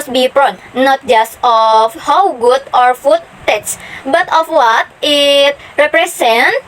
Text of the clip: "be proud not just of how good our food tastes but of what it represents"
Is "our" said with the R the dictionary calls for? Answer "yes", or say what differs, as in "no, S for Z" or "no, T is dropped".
yes